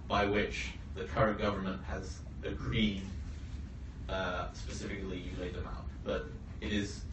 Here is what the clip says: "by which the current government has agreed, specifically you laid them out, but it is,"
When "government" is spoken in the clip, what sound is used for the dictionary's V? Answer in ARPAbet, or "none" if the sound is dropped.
V